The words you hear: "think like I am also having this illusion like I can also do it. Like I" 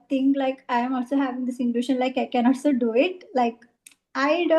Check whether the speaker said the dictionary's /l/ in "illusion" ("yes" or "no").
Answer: no